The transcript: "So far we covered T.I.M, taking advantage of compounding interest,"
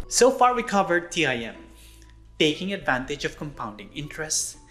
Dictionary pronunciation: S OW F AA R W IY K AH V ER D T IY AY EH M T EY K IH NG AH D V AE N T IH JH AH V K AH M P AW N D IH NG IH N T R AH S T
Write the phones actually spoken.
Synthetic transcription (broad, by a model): S OW F AA R W IY K AH V ER D T IY AY EH M T EY K IH NG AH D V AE N T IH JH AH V K AH M P AW N D IH NG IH N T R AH S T